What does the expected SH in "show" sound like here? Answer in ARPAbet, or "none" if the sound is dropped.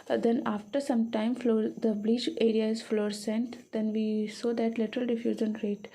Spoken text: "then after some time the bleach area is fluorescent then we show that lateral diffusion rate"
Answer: S